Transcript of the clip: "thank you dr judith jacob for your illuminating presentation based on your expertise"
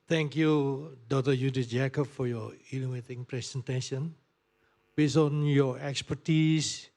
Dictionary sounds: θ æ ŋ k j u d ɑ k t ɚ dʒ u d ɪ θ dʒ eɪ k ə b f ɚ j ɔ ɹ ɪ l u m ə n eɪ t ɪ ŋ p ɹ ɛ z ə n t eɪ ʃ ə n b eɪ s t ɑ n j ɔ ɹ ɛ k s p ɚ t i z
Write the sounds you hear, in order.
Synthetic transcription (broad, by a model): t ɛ ŋ k j u d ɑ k t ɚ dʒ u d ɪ s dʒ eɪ k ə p f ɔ j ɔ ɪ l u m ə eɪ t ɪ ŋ p ɹ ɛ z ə n t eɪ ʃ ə n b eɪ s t ɑ n j ɔ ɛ k s p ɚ t i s